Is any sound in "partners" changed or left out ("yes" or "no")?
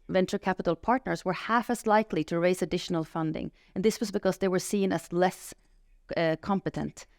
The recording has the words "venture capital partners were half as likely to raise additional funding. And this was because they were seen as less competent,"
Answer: no